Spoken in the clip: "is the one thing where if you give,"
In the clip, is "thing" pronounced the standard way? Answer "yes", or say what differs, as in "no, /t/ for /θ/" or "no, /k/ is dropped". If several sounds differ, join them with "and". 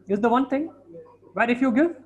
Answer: no, /t/ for /θ/